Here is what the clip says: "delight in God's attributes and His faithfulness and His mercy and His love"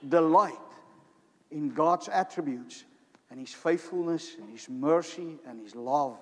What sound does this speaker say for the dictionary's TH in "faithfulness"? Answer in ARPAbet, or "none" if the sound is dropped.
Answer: TH